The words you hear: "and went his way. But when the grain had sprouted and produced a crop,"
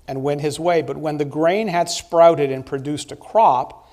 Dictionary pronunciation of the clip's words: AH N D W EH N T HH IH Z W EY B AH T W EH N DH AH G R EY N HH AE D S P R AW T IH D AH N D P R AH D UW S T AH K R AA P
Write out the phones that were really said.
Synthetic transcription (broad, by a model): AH N W EH N T HH IH Z W EY B AH T W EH N DH AH G R EY N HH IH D S P R AW T IH D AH N P R AH D UW S T AH K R AA P